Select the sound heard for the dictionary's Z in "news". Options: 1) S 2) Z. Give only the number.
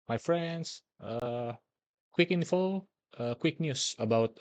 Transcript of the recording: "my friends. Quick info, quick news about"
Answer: 1